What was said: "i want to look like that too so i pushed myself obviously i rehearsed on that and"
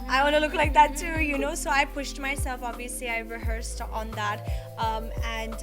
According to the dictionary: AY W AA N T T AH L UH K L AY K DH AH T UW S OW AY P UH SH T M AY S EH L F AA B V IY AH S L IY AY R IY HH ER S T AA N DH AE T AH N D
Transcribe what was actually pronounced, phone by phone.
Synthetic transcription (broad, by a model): AY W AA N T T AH L UH K L AY K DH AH T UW S OW AY P UH SH T M AY S EH L F AA B V IY AH S L IY AY R IY HH ER S T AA N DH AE T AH N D